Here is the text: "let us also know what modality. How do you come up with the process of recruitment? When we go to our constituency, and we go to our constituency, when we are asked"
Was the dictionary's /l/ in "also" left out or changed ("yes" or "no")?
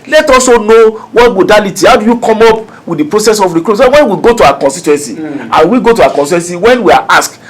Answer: yes